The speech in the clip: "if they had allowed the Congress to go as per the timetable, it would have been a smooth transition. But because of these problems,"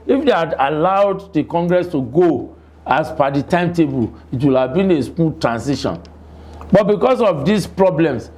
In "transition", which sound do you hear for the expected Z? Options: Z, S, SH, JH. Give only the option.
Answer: S